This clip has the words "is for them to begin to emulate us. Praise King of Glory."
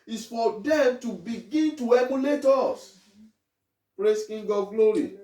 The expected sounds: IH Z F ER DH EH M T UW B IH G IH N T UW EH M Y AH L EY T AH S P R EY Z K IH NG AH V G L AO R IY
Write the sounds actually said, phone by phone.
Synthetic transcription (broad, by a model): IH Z F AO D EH M T UW B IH G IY N T UW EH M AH N EY T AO S P R EY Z K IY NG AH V G L AO R IY